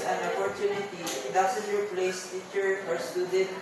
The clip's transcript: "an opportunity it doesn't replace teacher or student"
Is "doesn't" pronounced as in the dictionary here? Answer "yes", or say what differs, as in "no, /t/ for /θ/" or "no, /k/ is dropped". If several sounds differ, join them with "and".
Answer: no, /s/ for /z/